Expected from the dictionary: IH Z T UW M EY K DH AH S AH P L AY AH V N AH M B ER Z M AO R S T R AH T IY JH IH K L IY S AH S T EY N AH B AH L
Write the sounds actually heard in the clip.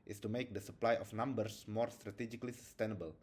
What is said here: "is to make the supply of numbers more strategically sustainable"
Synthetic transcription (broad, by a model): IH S T UW M EY K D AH S AH P L AY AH F N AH M B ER S M AO R S T R AH T IY JH IH K L IY S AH S T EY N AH B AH L